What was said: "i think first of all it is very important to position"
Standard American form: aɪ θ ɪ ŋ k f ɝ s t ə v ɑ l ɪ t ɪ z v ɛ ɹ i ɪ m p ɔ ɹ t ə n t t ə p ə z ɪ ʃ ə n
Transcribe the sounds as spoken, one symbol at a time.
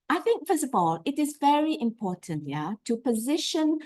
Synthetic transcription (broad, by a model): aɪ θ ɪ ŋ k f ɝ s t ə v ɑ l ɪ t ɪ z v ɛ ɹ i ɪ m p ɔ ɹ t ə n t t ə p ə z ɪ ʃ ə n